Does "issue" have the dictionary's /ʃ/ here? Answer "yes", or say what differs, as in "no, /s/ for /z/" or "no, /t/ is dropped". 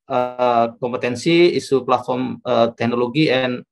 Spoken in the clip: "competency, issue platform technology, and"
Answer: no, /s/ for /ʃ/